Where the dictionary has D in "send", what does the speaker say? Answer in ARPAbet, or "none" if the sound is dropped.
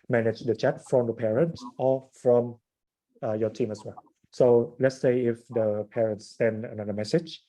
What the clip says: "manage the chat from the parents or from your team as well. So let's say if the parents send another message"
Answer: D